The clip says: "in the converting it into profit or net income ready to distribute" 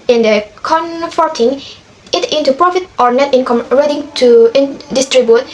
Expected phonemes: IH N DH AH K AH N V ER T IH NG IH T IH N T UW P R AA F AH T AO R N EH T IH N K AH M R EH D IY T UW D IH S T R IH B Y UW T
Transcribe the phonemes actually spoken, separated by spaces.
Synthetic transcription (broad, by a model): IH N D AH K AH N F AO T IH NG IH T IH N T UW P R AA F AH T AO R N EH T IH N K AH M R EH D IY T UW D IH S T R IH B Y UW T